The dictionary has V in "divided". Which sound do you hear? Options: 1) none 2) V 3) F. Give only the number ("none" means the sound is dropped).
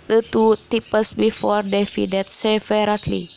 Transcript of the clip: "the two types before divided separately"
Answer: 3